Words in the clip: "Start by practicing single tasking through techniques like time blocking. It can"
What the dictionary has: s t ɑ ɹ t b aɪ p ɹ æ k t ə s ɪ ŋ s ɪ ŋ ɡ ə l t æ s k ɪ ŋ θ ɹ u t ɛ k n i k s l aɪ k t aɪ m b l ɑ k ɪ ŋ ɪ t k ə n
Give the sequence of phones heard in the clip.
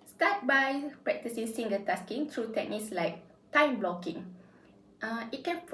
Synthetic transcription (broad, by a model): s t ɑ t b aɪ p ɹ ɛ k t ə s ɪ s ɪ ŋ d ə t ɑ s k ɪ ŋ t ɹ u t ɛ k n i k s l aɪ k t aɪ m b l ɑ k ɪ ŋ ɪ t k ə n